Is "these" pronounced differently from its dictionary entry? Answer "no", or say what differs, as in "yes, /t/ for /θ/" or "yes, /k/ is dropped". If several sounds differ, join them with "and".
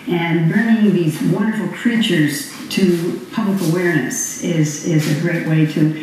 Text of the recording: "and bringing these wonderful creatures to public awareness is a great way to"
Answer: no